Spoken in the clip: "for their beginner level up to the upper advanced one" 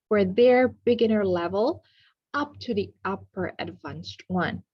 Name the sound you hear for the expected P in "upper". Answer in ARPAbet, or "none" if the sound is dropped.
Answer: P